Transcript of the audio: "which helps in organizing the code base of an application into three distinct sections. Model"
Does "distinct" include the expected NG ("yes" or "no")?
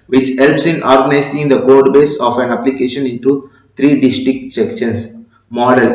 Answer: no